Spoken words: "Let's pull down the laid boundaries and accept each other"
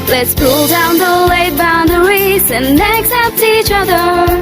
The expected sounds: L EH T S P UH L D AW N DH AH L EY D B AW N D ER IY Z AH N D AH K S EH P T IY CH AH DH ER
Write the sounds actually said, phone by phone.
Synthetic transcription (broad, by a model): L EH T S P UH L D AW N DH AH W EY B AW N D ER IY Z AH N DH AH K S EH P T IY CH AH DH ER